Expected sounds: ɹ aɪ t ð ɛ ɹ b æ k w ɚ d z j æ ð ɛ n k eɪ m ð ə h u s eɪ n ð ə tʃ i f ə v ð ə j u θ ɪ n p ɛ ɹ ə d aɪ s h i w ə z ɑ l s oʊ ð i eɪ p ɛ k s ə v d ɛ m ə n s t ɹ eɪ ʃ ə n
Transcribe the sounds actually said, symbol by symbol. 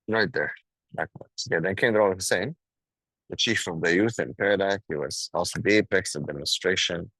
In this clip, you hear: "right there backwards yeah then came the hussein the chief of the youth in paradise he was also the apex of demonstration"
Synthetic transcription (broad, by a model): ɹ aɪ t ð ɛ ɹ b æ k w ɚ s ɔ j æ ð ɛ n k eɪ m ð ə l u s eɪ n ð ə tʃ i f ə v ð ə j u θ ɪ n p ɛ ɹ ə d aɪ h i w ə z ɑ l s oʊ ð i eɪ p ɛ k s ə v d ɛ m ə n s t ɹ eɪ ʃ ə n